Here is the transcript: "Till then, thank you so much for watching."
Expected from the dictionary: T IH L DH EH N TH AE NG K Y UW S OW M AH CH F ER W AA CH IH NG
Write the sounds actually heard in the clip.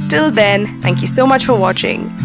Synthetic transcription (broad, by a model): T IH L DH EH N TH AE NG K Y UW S OW M AH CH F ER W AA CH IH NG